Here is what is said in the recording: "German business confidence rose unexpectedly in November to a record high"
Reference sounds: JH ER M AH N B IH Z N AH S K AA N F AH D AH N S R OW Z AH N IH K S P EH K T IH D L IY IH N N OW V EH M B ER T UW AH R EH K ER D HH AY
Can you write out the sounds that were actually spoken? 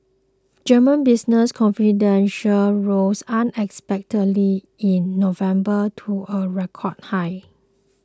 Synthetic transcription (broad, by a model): JH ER M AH N B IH S N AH S K AA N F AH D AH N SH R OW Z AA N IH K S P EH K T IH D L IY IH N N OW V EH M B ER T UW AH R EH K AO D HH AY